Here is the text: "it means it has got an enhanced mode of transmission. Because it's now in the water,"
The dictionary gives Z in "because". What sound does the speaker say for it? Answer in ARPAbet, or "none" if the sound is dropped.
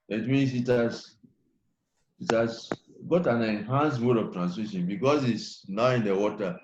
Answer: S